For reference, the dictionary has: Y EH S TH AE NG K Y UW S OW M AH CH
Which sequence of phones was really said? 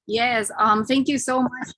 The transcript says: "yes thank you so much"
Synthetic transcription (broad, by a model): Y EH S TH AE NG K Y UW S OW M AH CH